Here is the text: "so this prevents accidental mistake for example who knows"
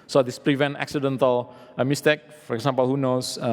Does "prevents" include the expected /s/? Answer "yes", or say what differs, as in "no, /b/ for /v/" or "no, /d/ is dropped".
no, /s/ is dropped